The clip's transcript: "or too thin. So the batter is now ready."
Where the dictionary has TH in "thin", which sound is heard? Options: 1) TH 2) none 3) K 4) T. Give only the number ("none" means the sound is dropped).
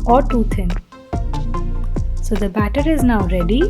4